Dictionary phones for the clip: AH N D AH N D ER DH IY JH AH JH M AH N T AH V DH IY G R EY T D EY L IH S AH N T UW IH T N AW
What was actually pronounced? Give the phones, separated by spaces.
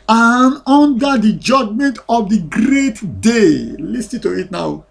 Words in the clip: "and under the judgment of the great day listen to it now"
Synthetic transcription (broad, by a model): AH N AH N D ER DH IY JH AH JH M AH N T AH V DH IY G R EY T D EY L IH S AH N T UW IH T N AW